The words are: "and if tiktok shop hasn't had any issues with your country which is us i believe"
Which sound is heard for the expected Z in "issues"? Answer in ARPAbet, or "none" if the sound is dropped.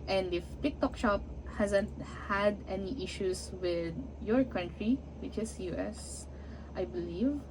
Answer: S